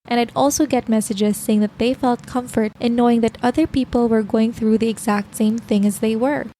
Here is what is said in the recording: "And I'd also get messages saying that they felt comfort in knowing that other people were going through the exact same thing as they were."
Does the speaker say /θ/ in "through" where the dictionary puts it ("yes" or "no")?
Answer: yes